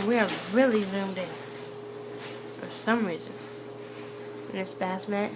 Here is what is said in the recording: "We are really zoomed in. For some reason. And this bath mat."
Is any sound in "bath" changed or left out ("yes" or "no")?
yes